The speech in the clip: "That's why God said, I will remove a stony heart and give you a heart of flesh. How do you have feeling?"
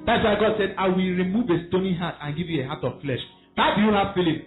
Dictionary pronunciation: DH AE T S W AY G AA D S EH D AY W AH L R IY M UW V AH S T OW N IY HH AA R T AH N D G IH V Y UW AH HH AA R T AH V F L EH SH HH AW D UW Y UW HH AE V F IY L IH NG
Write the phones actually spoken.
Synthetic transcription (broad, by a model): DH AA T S W AY G AA D S EH D AY W AH L R IY M UW V AH S T OW N IY HH AA T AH N G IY V Y UW AH HH AA T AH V F L EH SH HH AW D UW Y UW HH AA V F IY L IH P